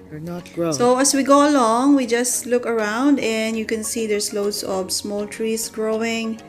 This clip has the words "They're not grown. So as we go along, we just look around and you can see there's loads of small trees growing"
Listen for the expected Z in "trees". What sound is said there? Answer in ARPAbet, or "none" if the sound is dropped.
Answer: S